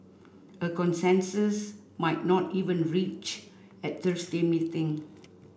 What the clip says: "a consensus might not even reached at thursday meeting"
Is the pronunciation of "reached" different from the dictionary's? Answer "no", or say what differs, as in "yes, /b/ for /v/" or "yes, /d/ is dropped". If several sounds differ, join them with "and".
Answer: yes, /t/ is dropped